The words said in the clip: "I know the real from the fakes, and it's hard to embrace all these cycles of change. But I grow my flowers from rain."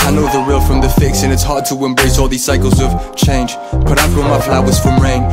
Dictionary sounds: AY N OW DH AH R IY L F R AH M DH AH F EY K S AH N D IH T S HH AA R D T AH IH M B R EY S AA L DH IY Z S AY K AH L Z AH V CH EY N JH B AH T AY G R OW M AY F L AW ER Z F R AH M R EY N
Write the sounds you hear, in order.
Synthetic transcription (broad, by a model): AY N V DH AH R IY L F R AH M DH AH F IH K S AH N IH T S HH AA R T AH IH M B R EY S AA L DH IY Z S AY K AH L Z AH V CH EY N JH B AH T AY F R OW M AY F L AW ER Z F R AH M R EY N